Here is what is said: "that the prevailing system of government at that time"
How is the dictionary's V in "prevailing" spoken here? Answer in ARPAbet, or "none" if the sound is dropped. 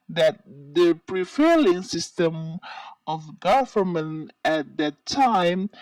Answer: F